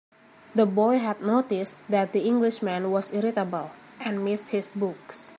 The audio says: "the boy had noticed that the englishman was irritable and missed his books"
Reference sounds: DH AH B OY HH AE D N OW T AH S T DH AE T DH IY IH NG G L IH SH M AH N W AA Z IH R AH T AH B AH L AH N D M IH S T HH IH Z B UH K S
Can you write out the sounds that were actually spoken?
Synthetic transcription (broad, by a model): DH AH B OY HH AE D N OW T AH S T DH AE T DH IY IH NG G L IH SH M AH N W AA S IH R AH T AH B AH L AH N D M IH S T HH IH S B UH K S